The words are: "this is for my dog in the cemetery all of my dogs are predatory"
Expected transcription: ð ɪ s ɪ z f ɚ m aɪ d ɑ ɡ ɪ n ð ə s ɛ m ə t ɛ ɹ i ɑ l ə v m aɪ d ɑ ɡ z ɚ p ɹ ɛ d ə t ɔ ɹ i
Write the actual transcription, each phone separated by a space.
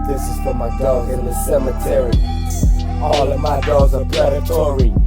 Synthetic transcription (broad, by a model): ð ɪ s ɪ z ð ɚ m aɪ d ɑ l ɪ n ð ə s ɛ m ə t ɛ ɹ i ɑ l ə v m aɪ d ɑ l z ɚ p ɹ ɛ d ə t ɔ ɹ i